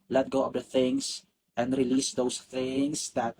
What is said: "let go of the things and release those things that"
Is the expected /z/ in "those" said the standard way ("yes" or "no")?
no